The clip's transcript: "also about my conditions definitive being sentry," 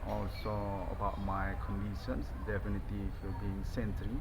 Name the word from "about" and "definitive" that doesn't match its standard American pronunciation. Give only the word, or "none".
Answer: definitive